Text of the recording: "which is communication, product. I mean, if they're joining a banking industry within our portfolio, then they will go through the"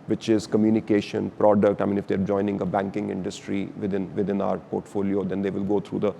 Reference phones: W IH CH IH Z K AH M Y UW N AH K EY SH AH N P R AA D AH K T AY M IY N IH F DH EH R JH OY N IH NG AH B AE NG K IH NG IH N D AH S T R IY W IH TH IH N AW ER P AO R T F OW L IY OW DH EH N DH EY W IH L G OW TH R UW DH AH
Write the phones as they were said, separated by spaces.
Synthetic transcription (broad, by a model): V IH CH IH Z K AH M Y UW N AH K EY SH AH N P R AA D AH K T AY M IY N IH F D EH R JH OY N IH NG AH B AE NG K IH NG IH N D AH S T R IY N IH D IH N AW ER P AO R T F OW L IY OW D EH N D EY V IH L G OW T R UW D AH